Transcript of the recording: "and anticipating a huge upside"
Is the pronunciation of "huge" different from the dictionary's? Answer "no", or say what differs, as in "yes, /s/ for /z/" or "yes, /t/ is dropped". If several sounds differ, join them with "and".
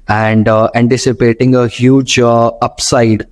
no